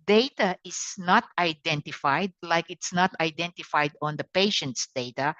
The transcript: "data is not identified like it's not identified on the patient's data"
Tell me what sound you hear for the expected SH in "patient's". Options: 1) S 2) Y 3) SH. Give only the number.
3